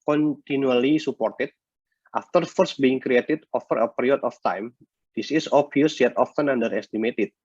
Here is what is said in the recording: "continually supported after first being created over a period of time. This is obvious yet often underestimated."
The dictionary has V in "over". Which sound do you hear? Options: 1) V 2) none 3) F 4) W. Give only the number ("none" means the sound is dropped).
3